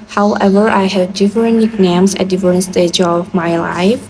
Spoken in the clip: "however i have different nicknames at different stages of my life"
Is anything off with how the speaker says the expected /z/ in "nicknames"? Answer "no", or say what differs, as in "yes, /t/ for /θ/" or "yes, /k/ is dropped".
yes, /s/ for /z/